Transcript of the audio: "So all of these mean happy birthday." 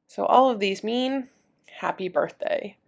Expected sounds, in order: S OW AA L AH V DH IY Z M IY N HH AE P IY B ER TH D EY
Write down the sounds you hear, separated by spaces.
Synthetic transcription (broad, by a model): S OW AA L AH V DH IY Z M IY N HH AE P IY B ER TH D EY